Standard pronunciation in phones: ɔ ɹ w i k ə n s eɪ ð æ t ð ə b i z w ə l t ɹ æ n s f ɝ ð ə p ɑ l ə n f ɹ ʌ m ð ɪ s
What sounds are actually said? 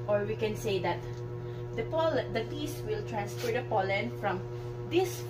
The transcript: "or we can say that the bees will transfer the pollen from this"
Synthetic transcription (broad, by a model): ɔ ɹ w i k ə n s eɪ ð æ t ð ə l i s w ə l t ɹ æ n s f ɝ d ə p ɑ l ə n f ɹ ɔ m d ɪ s